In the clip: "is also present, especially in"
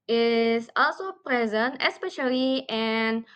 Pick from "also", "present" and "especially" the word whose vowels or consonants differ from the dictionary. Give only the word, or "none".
none